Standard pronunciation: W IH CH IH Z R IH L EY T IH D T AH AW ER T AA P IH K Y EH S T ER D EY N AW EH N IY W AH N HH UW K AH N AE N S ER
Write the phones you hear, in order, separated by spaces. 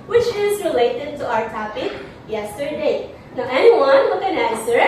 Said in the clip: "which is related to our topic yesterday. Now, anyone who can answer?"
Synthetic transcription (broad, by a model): W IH CH IH Z R IH L EY T IH D T AH AW ER T AA P IH K Y EH S T ER D EY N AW EH N IY W AH N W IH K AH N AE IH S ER